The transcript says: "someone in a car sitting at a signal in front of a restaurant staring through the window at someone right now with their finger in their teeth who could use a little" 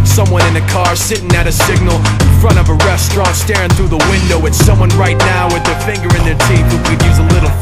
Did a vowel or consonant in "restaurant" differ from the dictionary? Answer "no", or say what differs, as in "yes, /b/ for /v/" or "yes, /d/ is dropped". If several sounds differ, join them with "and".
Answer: no